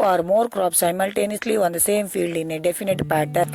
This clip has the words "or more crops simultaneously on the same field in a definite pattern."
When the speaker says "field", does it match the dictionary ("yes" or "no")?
yes